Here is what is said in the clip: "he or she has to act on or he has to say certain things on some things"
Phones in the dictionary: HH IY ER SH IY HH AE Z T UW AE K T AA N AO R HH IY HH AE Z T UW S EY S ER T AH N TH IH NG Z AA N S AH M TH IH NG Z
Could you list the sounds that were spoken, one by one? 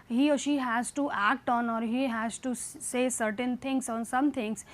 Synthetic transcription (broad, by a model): HH IY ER SH IY HH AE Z T UW AE K T AA N AO R HH IY HH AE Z T UW S EY S ER T AH N T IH NG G AA N S AH M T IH NG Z